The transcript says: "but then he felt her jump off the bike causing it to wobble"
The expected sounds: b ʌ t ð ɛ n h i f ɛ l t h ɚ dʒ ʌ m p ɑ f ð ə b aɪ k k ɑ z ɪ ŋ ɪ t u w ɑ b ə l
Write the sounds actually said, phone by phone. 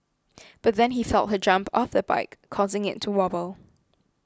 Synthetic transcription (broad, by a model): b ʌ t ð ɛ n h i f ɛ l t h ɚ dʒ ʌ m p ɑ f ð ə b aɪ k k ɑ z ɪ ŋ ɪ t u w ɑ b ə l